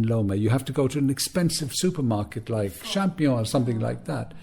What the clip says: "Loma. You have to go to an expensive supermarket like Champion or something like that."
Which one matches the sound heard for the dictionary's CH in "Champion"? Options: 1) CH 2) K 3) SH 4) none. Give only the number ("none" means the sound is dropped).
3